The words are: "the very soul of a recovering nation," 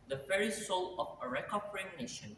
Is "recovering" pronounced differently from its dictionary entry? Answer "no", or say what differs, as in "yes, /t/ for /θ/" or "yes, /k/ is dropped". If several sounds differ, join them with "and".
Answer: yes, /p/ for /v/